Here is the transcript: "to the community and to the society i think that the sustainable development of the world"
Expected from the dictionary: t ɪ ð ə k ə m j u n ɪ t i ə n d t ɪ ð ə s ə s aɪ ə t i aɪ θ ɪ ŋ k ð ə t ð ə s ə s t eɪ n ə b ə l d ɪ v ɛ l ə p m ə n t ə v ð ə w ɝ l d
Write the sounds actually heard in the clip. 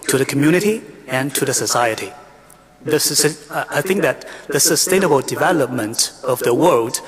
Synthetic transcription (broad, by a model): t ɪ ð ə k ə m j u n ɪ t i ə n t ɪ ð ə s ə s aɪ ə t i aɪ θ ɪ ŋ k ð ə t ð ə s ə s t eɪ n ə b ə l d ɪ v ɛ l ə p m ə n t ə v ð ə w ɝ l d